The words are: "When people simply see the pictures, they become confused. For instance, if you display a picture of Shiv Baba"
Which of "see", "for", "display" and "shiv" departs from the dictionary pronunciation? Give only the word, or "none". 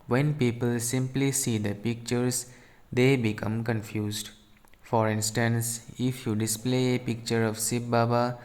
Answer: shiv